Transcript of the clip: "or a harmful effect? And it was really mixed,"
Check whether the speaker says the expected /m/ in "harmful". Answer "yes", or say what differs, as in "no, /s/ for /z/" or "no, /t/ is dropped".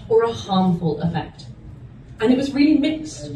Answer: yes